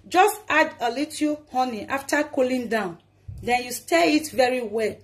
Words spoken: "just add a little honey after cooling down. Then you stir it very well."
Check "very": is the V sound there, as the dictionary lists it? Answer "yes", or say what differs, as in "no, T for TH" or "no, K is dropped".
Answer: yes